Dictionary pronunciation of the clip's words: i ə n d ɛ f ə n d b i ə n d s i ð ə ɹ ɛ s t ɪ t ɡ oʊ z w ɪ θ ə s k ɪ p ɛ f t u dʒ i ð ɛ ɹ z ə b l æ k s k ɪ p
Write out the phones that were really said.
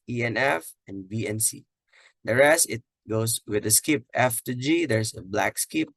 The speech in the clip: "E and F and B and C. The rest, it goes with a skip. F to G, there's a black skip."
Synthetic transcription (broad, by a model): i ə n ɛ f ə n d b i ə n s i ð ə ɹ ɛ s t ɪ t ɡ oʊ s w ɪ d ə s k ɪ p ɛ f t u dʒ i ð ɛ ɹ s ə b l æ k s k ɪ p